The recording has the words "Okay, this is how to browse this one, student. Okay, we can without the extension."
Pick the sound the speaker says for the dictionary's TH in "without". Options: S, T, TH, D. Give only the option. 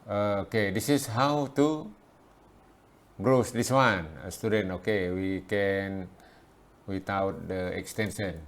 T